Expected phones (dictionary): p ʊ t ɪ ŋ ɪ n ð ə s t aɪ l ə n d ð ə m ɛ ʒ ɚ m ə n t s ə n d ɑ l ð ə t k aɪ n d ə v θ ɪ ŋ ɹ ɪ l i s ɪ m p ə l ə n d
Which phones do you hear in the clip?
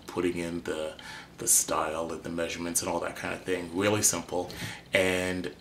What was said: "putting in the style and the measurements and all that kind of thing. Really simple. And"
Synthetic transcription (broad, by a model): p ʊ t ɪ ŋ ɪ n ð ə s t aɪ l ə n ð ə m ɛ ʒ ɚ m ə n t s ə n ɑ l ð ə t k aɪ n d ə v θ ɪ ŋ ɹ ɪ l i s ɪ m p l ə n